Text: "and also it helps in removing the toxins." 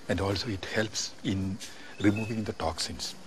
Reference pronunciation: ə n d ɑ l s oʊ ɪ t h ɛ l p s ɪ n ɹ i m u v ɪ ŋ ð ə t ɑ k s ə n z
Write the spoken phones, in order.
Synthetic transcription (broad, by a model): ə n d ɑ l s oʊ ɪ t h ɛ l p s ɪ n ɹ i m u v ɪ ŋ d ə t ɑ k s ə n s